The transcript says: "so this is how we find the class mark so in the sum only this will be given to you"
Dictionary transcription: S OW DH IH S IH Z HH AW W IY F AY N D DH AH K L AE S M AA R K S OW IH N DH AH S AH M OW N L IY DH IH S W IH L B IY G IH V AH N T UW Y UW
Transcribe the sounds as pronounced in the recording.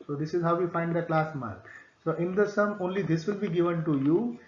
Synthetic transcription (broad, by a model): S OW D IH S IH Z HH AW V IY F AY N D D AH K L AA S M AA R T S OW IH N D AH S AH M OW N L IY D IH S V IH L B IY G IH V AH N T UW Y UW